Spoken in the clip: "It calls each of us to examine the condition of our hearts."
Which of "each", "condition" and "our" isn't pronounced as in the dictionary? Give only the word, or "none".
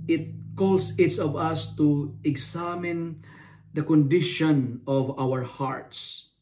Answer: each